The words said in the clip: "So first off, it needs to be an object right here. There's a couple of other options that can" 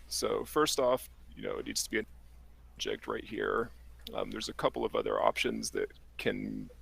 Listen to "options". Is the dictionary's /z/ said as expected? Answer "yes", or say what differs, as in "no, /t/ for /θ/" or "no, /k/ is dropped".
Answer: yes